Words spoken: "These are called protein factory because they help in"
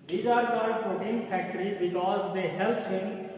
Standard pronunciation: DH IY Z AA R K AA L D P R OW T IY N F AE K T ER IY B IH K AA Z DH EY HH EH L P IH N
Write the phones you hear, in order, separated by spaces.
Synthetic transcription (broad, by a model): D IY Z AA R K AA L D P OW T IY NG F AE K T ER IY B IH K AA Z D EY HH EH L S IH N